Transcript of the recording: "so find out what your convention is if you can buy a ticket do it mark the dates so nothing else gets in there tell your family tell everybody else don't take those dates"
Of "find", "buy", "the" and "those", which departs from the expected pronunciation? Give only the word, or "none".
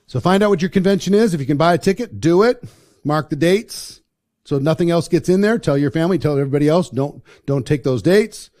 none